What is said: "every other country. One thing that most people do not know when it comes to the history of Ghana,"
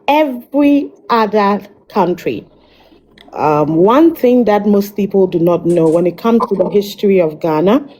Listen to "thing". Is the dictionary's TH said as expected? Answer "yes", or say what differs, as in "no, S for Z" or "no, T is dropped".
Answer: yes